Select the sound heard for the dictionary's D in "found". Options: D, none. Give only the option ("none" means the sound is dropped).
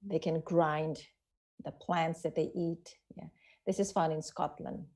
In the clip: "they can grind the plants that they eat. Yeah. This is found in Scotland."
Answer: none